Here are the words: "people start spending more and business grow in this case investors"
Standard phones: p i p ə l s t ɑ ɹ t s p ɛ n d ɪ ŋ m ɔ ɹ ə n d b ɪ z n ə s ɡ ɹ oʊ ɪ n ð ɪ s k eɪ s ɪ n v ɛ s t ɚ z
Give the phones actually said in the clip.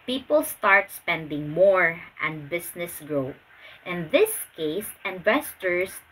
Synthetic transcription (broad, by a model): p i p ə l s t ɑ ɹ t s p ɛ n d ɪ ŋ m ɔ ɹ ə n d b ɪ s n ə s ɡ ɹ oʊ ɪ n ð ɪ s k eɪ s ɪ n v ɛ s t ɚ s